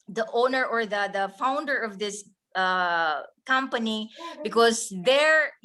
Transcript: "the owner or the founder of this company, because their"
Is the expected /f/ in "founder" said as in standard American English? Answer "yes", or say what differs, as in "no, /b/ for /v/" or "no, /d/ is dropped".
yes